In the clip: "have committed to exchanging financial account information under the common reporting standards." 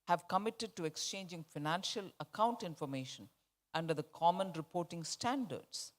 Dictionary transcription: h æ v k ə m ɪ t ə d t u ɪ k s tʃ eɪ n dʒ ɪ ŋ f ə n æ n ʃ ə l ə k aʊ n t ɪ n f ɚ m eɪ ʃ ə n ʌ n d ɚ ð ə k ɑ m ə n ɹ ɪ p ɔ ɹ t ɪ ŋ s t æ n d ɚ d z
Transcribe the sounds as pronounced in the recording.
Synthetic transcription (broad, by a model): h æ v k ə m ɪ t ə d t u ɪ k s tʃ eɪ n dʒ ɪ ŋ f ə n æ n ʃ ə l ə k aʊ n t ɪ n f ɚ m eɪ ʃ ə n ʌ n d ɚ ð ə k ɑ m ə n ɹ ɪ p ɔ ɹ t ɪ ŋ s t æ n d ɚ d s